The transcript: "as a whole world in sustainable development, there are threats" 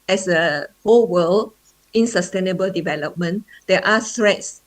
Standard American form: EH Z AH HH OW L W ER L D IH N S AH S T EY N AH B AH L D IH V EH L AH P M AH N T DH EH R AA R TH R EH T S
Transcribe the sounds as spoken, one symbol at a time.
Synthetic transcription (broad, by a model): EH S AH HH OW L W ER L IH N S AH S T EY N AH B AH L D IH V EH L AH P M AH N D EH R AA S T R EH T S